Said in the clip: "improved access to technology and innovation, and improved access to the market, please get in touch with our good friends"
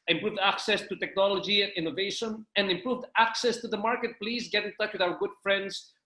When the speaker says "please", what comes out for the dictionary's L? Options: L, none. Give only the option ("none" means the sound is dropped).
L